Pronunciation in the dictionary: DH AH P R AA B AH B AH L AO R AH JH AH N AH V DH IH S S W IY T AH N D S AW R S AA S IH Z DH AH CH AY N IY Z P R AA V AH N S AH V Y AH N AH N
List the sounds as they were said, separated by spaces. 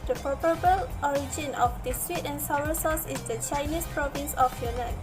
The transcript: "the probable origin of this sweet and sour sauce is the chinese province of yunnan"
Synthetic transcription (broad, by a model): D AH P AA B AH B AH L AO R AH JH AH N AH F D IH S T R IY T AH N S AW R S AA S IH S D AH CH AY N IY S P R AA V AH N S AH F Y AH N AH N